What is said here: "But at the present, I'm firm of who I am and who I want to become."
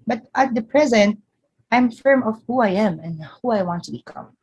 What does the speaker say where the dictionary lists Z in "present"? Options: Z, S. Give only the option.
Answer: Z